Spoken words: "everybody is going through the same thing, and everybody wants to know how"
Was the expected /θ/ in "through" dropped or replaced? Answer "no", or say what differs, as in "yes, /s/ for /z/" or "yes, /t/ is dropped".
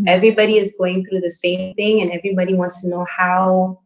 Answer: no